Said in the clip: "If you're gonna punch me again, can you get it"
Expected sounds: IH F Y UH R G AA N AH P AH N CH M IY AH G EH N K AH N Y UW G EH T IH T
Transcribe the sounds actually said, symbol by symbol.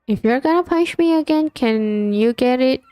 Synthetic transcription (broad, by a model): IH F Y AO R G AA N AH P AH N SH M IY AH G EH N K AH N Y UW G EH T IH T